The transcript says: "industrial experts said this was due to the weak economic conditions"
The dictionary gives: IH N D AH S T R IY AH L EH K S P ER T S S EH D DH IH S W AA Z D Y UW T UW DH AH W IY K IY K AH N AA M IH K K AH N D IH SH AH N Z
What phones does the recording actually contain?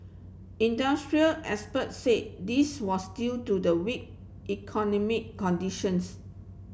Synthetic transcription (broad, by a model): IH N D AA S T R IY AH L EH S P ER T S S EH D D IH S W AA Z D Y UW T UW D AH W IY K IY K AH N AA M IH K K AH N D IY SH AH N S